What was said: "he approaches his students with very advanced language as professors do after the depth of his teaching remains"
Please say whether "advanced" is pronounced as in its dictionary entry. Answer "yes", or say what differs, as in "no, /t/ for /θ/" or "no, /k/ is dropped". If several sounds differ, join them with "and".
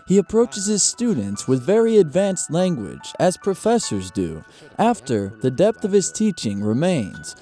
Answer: yes